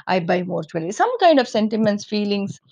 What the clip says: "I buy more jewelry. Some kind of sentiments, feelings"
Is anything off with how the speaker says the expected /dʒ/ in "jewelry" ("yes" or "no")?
yes